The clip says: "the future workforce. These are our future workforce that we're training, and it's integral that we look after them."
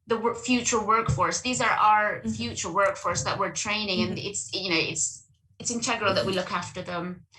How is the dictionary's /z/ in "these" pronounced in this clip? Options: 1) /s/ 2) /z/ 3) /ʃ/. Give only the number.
2